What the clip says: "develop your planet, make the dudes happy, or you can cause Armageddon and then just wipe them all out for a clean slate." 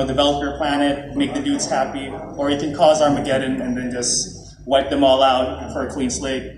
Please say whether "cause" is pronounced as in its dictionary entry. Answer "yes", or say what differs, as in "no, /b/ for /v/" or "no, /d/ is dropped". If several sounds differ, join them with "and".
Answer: yes